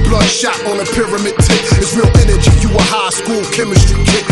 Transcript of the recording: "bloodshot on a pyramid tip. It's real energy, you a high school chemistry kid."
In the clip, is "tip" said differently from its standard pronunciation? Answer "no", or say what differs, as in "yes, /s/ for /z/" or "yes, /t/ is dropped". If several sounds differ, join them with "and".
yes, /p/ is dropped